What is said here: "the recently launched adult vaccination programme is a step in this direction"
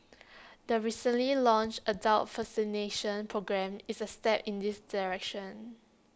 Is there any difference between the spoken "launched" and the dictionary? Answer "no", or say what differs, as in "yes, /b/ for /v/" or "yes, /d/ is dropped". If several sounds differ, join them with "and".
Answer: yes, /t/ is dropped